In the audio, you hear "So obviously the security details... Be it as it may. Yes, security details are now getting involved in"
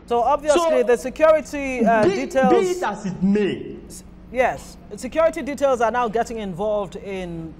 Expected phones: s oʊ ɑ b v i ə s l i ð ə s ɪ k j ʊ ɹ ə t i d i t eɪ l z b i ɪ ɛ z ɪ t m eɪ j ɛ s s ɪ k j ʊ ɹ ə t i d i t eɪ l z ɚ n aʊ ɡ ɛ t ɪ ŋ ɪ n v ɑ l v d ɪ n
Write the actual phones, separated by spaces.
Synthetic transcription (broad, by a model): s oʊ ɑ b v i ə s l i ð ə s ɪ k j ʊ ɹ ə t i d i t eɪ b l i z ɪ t m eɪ j ɛ s s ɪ k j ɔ ɹ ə t i d i t eɪ l z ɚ n aʊ ɡ ɛ t ɪ ŋ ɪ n v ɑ l v d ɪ n